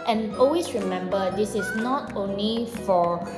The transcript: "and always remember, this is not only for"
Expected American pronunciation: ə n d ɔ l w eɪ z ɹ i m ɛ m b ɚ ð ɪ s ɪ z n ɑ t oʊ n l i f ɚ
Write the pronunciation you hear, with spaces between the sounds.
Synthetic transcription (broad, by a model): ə n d ɔ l w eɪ s ɹ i m ɛ m b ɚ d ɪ s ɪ s n ɑ t oʊ n l i f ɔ